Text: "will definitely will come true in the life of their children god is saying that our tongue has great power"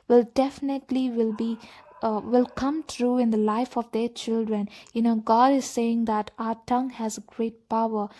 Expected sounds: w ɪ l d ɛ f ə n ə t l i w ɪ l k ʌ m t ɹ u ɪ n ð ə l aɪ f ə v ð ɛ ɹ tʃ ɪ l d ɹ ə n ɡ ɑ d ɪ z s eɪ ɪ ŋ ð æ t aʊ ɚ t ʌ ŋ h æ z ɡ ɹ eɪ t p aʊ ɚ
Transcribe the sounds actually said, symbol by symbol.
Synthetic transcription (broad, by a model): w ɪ l d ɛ f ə n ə t l i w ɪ l k ʌ m t ɹ u ɪ n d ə l aɪ f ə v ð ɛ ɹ tʃ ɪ l d ɹ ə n ɡ ɑ d ɪ z s eɪ ɪ ŋ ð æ t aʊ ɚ t ʌ ŋ h æ z ɡ ɹ eɪ t p aʊ ɚ